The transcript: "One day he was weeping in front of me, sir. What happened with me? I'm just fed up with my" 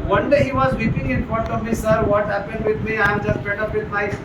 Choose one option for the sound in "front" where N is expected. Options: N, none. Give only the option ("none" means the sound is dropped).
none